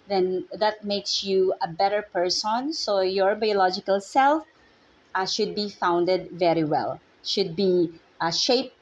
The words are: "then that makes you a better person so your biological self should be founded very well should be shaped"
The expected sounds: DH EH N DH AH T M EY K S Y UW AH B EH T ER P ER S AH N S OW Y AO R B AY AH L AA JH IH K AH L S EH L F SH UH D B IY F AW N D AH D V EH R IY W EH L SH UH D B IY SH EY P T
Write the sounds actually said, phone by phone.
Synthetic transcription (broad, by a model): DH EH N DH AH T M EY K S Y UW AH B EH T ER P ER S AH N S OW Y AO R B AY AH L AA JH IH K AH L S EH L F SH UH D B IY F AW N D AH D V EH R IY W EH L SH UH D B IY SH EY P